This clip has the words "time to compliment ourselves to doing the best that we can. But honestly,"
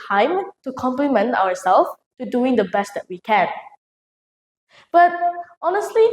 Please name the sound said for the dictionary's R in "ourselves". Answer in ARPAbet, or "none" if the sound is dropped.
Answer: W